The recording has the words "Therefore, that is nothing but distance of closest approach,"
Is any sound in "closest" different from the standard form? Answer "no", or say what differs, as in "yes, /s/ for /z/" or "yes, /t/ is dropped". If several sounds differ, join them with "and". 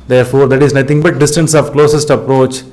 no